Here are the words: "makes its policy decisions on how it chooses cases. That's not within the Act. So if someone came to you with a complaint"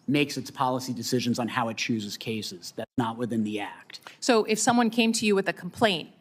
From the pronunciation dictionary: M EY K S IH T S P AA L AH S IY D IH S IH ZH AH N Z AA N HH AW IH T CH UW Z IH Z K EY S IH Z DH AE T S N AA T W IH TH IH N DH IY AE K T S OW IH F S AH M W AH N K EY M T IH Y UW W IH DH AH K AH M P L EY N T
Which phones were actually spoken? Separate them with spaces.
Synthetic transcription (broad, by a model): M EY K S IH T S P AA L AH S IY D IH S IH ZH AH N Z N HH AW IH T CH UW Z IH Z K EY S IH Z DH AE T S N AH T W IH TH IH N DH IY AE K T S OW IH F S AH M W AH N K EY M T IH Y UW W IH DH AH K M P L EY N T